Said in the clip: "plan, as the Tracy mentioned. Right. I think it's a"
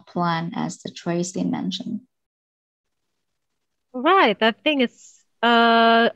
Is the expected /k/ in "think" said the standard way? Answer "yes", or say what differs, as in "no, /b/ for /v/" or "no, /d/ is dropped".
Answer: no, /k/ is dropped